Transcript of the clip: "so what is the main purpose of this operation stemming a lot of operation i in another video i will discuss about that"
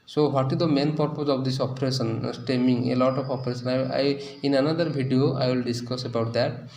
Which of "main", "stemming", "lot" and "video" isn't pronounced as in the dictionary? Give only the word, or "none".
video